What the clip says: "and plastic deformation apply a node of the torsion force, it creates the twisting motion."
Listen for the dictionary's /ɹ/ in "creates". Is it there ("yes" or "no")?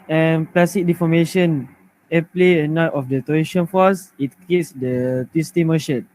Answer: no